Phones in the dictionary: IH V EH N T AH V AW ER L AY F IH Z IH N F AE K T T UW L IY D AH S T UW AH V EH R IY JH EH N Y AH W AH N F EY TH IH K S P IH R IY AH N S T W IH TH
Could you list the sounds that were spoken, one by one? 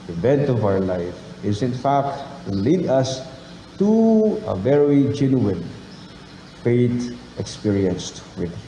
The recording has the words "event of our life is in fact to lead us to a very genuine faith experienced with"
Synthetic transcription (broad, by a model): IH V EH N T AH V AW ER L AY F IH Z IH N F AE K T T UW L IY D AH S T UW AH V EH R IY JH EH N Y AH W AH N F EY T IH K S P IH R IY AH N S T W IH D